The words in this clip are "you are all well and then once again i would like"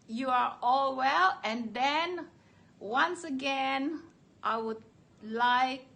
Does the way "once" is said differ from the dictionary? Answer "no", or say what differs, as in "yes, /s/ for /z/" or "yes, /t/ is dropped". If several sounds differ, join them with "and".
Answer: no